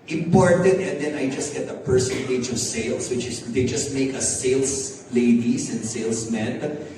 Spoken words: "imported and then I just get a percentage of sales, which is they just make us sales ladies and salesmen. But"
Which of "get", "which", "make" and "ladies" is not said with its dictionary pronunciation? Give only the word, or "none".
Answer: ladies